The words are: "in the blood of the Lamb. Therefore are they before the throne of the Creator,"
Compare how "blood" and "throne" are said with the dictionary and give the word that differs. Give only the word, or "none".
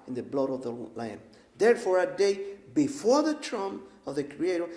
throne